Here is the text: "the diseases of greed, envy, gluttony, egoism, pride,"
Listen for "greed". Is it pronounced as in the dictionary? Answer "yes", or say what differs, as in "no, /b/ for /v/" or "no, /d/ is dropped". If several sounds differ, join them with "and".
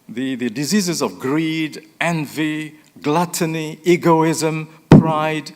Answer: yes